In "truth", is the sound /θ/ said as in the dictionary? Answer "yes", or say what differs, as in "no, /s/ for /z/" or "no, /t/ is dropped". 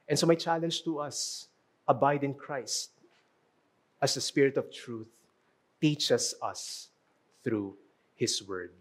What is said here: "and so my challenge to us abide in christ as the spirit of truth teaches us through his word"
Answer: yes